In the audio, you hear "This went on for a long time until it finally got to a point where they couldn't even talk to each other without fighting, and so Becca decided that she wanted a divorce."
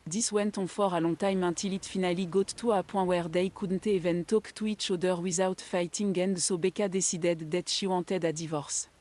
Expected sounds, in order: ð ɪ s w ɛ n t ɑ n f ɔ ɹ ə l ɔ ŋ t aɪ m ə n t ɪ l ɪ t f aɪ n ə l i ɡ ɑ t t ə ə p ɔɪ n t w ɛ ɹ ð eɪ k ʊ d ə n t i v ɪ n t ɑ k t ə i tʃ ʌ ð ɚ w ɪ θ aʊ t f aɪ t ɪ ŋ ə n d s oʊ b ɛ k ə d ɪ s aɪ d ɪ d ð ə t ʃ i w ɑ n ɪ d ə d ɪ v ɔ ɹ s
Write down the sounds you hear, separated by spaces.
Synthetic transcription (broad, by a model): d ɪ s w ɛ n t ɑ f ɔ ɹ ə l ɔ t aɪ m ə t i l ɪ t f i n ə l i ɡ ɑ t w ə p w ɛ w ɛ ɹ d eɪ k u d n t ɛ v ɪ n t ɑ k t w i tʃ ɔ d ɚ w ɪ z aʊ t f aɪ t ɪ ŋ ə n d s oʊ b ɛ k ə d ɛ s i d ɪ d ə t ʃ i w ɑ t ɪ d ə d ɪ v ɔ ɹ s